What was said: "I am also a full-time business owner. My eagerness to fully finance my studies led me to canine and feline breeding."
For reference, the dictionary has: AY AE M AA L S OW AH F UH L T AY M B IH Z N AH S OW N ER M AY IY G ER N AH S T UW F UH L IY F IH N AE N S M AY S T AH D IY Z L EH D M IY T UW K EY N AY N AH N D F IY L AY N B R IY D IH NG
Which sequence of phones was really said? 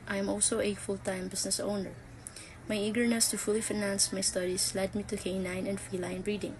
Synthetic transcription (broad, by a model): AY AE M AA L S OW AH F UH L T AY M B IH S N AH S OW N ER M AY IY G ER N AH S T UW F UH L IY F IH N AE N S M AY S T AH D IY S L EH D M IY T UW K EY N AY N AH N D F IY L AY N B R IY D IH NG